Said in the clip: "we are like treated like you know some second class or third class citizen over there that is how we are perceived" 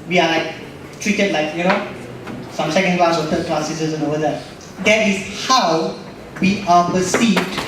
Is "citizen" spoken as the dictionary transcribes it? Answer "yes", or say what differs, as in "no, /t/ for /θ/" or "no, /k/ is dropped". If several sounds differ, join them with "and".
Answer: no, /s/ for /t/